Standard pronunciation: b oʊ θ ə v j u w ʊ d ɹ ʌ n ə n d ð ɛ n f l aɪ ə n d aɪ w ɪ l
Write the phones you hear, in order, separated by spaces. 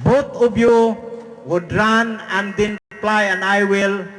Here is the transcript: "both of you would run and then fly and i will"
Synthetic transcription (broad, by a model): b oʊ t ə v j u w ʊ d ɹ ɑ n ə n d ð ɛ n p l aɪ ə n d aɪ w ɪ l